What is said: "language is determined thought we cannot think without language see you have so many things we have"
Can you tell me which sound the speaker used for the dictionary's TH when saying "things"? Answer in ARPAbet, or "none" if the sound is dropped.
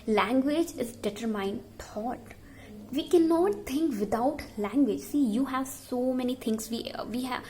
T